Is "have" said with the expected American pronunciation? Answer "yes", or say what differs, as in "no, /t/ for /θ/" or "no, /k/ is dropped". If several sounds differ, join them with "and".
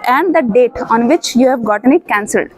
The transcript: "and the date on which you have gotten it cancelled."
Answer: yes